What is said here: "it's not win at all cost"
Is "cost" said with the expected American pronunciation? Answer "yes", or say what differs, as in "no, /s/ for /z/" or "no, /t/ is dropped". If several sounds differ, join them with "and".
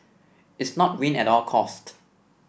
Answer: yes